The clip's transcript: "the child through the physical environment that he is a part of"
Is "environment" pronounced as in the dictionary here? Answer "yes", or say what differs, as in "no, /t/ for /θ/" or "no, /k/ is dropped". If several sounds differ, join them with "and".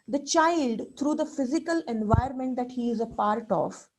no, /ɹ/ is dropped